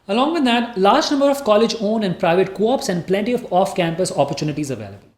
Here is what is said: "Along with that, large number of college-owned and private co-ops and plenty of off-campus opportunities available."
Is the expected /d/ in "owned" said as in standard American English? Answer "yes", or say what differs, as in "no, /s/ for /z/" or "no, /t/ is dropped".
no, /d/ is dropped